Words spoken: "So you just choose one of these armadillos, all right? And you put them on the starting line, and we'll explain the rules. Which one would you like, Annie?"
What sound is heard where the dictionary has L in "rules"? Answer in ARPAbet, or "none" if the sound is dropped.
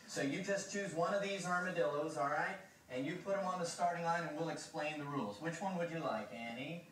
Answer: L